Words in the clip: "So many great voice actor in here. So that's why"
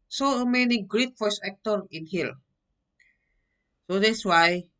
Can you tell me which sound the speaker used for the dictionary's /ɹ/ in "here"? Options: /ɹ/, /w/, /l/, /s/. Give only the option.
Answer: /l/